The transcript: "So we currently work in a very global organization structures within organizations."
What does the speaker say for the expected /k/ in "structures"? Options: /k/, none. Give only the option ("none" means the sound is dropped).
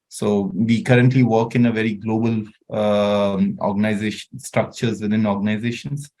/k/